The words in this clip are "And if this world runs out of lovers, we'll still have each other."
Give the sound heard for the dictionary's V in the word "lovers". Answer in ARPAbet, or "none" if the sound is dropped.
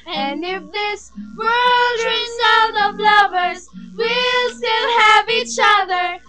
V